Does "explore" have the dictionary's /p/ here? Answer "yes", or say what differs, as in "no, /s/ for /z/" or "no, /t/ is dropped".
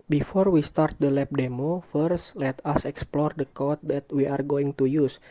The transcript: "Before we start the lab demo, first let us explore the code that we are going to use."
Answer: yes